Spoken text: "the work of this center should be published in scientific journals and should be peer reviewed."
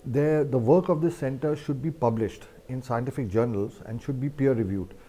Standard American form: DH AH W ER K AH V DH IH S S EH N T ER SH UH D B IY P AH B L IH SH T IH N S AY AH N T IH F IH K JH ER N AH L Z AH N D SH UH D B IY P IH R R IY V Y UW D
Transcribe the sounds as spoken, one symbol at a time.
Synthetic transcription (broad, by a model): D AH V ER K AH V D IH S S EH N T ER SH UH D B IY P AH B L IH SH T IH N S AY AH N T IH F IH K JH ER N AH L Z AH N D SH UH D B IY P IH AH R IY V Y UW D